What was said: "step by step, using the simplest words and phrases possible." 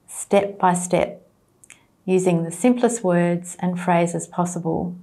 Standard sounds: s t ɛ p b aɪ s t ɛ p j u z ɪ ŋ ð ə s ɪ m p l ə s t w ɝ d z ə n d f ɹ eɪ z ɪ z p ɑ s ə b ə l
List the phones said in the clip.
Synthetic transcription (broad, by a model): s t ɛ p b aɪ s t ɛ p j u z ɪ ŋ ð ə s ɪ m p l ə s t w ɝ d z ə n f ɹ eɪ z ɪ z p ɑ s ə b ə l